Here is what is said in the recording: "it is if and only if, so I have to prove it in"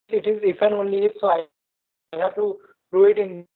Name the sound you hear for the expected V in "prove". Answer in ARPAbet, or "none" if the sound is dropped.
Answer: none